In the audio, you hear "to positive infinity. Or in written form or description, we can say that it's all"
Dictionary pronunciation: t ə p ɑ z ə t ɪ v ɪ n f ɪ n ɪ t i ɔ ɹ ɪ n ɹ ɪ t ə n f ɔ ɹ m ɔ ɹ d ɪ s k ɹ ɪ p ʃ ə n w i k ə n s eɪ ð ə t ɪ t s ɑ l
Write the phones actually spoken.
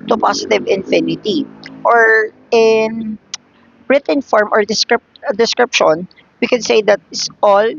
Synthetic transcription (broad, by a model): t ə p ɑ s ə t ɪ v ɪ n f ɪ n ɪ t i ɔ ɹ ɪ n ɹ ɪ t ə n f ɔ ɹ m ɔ ɹ d ɪ s k ɹ ɪ p ʃ ə n w i k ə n s eɪ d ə t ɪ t s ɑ l